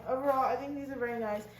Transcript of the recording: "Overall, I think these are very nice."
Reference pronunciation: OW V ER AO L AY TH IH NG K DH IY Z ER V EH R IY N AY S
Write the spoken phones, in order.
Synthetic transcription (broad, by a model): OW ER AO AY TH IH NG K DH IY Z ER V EH R IY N AY S